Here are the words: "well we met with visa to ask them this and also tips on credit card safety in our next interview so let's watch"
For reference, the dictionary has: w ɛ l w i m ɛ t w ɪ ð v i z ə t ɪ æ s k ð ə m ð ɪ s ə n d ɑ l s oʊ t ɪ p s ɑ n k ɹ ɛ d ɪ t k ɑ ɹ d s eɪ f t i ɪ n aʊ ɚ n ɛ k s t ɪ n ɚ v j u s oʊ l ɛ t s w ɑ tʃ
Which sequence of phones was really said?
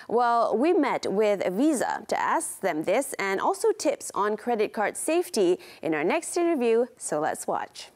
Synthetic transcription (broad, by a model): w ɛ l w i m ɛ t w ɪ ð v i z ə t ɪ æ s k ð ə m ð ɪ s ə n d ɑ l s oʊ t ɪ p s n k ɹ ɛ d ɪ t k ɑ ɹ d s eɪ f t i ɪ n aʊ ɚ n ɛ k s t ɪ n ɚ v j u s oʊ l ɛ t s w ɑ tʃ